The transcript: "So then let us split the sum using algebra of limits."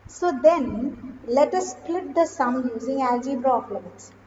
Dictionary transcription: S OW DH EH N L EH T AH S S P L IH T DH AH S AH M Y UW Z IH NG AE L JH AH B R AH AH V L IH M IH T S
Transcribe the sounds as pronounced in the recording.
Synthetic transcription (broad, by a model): S OW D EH N L EH T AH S S P L IH T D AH S AH M Y UW Z IH NG AE L JH AH B R AH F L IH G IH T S